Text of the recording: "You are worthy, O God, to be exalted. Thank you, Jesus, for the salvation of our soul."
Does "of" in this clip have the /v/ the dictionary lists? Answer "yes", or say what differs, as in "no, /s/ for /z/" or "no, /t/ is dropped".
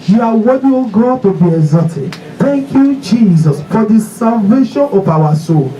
no, /p/ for /v/